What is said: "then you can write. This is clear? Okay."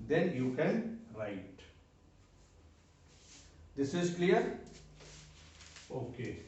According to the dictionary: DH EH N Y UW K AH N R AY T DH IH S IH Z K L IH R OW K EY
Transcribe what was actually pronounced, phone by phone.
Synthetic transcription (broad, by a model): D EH N Y UW K AH N R AY T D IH S IH Z K L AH R OW K EY